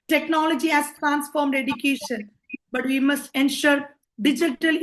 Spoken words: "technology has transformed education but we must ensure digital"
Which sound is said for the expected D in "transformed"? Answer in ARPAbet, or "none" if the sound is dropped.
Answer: D